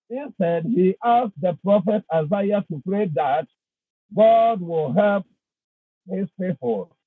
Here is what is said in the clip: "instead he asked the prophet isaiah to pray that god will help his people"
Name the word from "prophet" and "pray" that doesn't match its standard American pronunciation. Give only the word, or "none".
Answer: none